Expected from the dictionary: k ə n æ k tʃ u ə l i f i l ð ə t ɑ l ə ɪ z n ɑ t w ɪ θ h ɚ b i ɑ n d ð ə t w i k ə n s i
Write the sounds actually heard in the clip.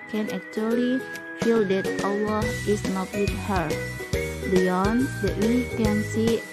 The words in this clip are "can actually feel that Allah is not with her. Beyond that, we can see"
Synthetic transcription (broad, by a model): k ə n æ k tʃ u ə l i f i l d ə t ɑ w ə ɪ s n ɑ t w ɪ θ h ɚ b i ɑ n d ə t w i k ə n s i